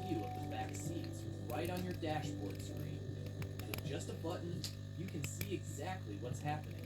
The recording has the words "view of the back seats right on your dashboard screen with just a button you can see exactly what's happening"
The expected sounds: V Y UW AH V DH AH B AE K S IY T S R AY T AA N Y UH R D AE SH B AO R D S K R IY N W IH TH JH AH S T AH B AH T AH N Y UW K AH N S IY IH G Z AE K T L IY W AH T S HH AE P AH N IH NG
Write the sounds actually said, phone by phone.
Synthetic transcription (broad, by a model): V Y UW AH V DH AH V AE K S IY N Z R AY T N Y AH R D AE SH B AO R D S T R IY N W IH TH JH AH S T AH B AH T N Y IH K AH N S IY IH G Z AE K T L IY W AH T S HH AE P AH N IH NG